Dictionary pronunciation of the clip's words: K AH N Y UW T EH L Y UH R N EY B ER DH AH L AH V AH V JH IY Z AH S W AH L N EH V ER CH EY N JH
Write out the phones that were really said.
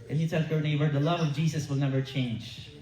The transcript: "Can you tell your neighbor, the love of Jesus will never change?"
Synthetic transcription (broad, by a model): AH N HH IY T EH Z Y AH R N EY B ER DH AH L AH V AH V JH IY Z AH S W AH L N EH V ER CH EY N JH